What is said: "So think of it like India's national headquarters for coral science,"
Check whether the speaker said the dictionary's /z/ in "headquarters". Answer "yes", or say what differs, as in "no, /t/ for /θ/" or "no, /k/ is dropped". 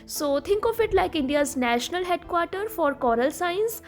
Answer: no, /z/ is dropped